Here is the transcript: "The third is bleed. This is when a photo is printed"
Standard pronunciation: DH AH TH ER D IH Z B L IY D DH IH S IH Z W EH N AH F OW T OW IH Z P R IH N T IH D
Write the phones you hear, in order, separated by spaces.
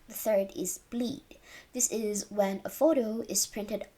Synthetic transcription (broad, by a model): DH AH TH ER D IH Z B L IY D DH IH S IH Z W EH N AH F OW T OW IH Z P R IH N T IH D